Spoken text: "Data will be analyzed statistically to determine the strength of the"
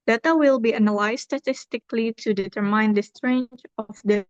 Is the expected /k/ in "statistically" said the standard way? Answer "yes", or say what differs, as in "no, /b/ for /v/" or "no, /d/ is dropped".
yes